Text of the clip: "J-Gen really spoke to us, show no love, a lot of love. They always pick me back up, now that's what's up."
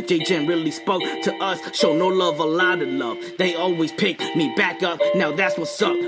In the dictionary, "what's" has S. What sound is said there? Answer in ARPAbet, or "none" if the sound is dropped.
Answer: S